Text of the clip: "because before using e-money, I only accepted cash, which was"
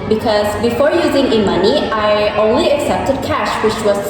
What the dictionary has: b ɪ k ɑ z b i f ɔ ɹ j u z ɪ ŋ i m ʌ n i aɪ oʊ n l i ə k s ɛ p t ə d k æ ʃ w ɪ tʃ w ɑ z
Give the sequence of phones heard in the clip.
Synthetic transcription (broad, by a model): b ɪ k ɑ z b i f ɔ ɹ j u z ɪ ŋ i m ʌ n i aɪ oʊ n l i ə k s ɛ p t ə d k æ ʃ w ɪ tʃ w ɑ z